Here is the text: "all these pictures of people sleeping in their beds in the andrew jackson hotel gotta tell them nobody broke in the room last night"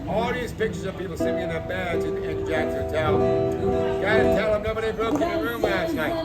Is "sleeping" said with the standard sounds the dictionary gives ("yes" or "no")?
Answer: no